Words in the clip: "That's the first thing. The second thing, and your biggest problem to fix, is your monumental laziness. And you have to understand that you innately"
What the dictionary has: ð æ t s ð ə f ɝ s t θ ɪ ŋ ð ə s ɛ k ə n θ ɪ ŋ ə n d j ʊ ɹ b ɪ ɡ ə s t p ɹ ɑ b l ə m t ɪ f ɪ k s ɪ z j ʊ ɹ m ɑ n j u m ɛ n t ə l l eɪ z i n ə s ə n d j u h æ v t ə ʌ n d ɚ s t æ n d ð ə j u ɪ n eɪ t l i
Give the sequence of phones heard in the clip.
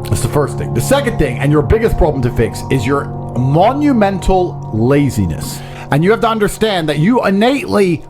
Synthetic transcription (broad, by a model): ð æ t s ð ə f ɝ s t θ ɪ ŋ ð ə s ɛ k ə n θ ɪ ŋ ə n j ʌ ɹ b ɪ ɡ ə s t p ɹ ɑ b l ə m t ɪ f ɪ k s ɪ z j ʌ ɹ m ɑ n j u m ɛ n t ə l l eɪ z i n ə s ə n j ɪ h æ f t ə ʌ n d ɚ s t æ n ð ə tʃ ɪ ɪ n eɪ t l i